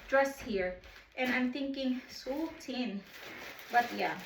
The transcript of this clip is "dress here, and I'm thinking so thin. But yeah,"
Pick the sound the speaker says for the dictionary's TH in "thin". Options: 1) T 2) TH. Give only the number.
1